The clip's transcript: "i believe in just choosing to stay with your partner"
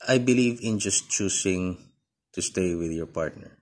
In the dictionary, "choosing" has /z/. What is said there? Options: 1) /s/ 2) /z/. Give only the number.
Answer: 1